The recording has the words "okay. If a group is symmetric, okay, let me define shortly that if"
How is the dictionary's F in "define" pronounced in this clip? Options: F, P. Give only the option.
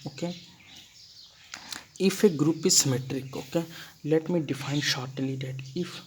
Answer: F